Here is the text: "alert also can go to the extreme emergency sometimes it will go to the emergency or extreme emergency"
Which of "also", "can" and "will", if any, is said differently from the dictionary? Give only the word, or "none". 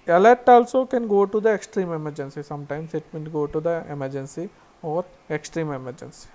will